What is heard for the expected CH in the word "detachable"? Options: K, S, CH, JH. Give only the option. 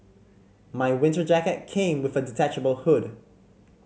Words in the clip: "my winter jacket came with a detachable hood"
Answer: CH